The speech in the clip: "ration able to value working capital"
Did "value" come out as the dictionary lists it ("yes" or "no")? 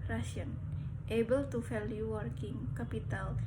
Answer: no